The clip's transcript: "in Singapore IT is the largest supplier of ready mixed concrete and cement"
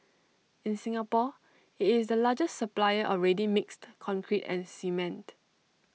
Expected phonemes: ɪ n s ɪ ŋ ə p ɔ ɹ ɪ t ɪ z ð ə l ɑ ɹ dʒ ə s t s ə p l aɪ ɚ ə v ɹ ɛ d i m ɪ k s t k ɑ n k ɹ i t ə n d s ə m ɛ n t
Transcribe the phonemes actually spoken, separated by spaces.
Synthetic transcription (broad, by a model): ɪ n s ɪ ŋ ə p ɔ ɪ t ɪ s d ə l ɑ dʒ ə s t s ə p l aɪ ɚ ə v ɹ ɛ d i m ɪ k s t k ɑ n k ɹ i t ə n s ə m ɛ n t